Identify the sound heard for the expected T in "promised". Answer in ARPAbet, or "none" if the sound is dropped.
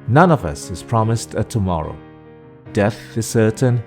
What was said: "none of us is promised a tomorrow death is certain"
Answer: T